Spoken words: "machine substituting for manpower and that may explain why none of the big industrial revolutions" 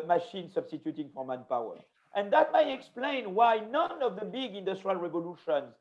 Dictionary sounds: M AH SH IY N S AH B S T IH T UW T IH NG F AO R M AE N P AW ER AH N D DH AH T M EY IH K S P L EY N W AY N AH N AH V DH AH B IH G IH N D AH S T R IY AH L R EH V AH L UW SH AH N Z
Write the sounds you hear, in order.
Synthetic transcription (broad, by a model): M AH SH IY N S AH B S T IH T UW T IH NG F AO R M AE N P AW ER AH N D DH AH T M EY IH K S P L EY N W AY N AH N AH V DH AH B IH G IH N D AH S T R IY AH L R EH V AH L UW SH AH N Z